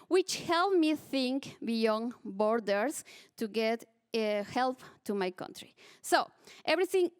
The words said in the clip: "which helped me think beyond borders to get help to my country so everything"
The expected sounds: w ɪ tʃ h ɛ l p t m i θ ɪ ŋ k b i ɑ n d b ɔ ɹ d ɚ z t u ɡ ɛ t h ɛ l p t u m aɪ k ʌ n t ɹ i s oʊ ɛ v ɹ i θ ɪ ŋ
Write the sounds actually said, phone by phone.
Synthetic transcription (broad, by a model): w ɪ tʃ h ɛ l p m i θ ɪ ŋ k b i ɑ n b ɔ ɹ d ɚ s t u ɡ ɛ t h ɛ l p t u m aɪ k ʌ n t ɹ i s oʊ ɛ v ɹ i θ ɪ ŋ